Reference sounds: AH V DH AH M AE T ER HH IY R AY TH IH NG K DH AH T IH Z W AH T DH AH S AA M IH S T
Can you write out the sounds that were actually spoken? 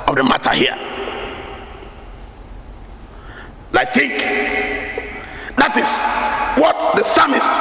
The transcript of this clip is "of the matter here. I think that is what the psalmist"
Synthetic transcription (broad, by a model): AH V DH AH M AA T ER HH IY L AY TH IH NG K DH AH T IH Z W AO T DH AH S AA M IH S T